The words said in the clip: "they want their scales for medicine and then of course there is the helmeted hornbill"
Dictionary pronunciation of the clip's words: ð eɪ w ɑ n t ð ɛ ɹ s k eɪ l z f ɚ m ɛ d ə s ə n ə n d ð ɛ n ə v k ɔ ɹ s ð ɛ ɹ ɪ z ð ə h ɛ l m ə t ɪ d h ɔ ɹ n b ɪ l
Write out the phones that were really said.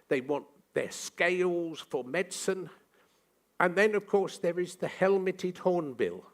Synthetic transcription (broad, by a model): ð eɪ w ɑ n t ð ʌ ɹ s k eɪ l z f ɚ m ɛ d s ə n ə n ð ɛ n ə v k ɔ ɹ s ð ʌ ɹ ɪ z ð ə h ɛ l m ə t ɪ d h ɔ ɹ n b ɪ l